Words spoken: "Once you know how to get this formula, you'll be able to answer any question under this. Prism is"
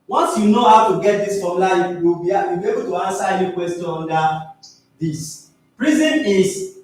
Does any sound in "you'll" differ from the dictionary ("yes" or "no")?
yes